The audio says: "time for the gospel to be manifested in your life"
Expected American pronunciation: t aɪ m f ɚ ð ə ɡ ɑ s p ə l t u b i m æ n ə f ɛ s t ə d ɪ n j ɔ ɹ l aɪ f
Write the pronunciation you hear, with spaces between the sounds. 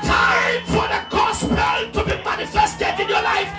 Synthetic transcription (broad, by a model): t aɪ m f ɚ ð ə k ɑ s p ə n t u b i m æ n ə f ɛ s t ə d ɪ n j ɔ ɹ l aɪ f